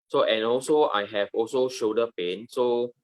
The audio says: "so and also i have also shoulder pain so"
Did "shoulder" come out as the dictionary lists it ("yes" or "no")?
no